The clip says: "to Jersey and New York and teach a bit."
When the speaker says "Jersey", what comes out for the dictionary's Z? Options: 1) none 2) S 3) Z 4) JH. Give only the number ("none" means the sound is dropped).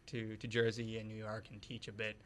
3